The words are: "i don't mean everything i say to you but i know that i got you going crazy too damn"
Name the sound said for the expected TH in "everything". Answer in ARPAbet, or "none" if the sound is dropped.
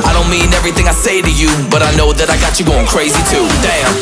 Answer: TH